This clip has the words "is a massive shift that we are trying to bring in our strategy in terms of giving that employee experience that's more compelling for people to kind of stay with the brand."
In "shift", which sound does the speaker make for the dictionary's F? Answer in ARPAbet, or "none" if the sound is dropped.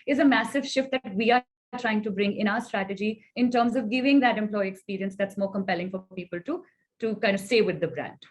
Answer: F